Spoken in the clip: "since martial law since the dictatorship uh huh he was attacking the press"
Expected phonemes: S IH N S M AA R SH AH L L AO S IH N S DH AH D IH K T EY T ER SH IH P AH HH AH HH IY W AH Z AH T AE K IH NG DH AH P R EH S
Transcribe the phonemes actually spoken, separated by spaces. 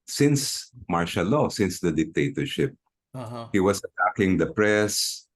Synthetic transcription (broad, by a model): S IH N S M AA R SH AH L L AO S IH N S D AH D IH K T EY T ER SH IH P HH HH IY W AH S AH T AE K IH NG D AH P R EH S